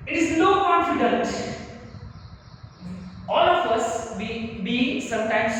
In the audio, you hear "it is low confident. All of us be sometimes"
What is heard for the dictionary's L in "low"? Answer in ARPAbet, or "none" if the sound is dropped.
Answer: N